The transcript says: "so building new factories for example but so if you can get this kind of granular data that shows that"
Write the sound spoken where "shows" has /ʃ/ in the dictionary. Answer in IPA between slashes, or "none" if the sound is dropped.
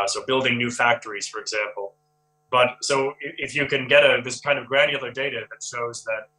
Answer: /ʃ/